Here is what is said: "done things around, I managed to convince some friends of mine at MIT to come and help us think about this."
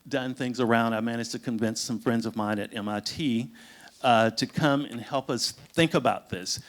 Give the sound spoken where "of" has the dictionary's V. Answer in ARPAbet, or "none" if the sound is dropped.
V